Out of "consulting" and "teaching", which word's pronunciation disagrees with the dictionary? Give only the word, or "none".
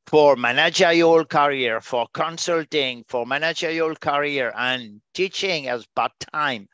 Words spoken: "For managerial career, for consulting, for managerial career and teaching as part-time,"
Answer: none